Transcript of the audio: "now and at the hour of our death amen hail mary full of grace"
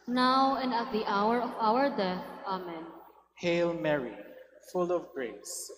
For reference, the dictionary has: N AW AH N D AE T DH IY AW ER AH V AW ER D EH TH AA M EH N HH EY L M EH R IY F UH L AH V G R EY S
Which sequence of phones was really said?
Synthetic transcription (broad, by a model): N AW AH N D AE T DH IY AW ER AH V AW ER D EH TH AA M EH N HH EY L M EH R IY F UH L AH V G R EY S